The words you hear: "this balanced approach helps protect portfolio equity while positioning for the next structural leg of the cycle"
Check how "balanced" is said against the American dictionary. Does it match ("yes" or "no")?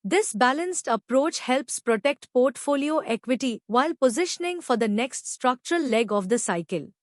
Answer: yes